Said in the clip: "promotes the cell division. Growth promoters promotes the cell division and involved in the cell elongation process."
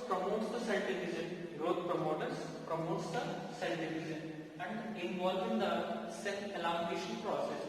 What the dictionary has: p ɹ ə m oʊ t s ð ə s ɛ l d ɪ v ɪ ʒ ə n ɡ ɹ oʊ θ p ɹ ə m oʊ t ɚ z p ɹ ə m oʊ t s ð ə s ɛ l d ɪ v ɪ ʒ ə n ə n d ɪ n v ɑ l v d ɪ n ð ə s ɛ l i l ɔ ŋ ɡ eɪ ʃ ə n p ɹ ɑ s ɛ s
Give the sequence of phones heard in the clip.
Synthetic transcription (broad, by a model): p ɹ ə m oʊ t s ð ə s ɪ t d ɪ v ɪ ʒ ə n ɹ oʊ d p ɹ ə m oʊ t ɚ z p ɹ ə m oʊ t s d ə s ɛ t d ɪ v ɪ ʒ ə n ə n d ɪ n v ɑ l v ɪ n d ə s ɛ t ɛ l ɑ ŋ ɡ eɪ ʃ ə n p ɹ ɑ s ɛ s